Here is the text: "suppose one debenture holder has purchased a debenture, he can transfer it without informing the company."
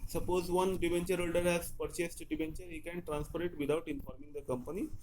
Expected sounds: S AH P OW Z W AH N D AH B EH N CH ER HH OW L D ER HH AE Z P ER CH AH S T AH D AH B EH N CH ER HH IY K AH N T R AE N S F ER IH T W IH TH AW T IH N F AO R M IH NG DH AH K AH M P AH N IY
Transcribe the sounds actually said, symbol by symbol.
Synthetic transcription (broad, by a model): S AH P OW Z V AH N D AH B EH N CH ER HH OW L D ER HH AE Z P ER CH AH S T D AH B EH N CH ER HH IY K AH N T R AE N S P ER IH T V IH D AW T IH N F AO R M IH NG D AH K AH M P AH N IY